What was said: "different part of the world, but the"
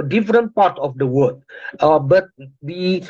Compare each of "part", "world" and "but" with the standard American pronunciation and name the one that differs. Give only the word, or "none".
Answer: world